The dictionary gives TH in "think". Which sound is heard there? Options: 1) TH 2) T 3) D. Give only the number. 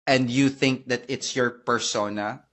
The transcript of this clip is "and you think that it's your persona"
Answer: 1